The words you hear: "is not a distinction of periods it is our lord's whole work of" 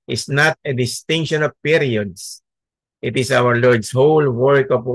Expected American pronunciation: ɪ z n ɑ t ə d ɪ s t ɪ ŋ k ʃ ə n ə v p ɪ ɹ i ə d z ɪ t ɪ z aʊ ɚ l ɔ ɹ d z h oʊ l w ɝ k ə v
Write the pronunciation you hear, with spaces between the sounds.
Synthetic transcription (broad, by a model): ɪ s n ɑ t ə d ɪ s t ɪ ŋ k ʃ ə n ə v p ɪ ɹ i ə d s ɪ t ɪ s aʊ ɚ l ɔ ɹ d s h oʊ l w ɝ k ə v